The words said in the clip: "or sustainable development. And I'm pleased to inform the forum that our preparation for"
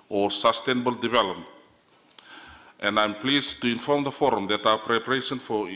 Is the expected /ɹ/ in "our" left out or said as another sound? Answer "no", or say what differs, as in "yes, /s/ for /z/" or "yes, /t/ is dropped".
yes, /w/ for /ɹ/